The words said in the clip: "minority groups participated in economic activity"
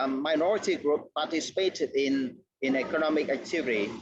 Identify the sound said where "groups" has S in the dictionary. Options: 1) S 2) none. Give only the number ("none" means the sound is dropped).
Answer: 2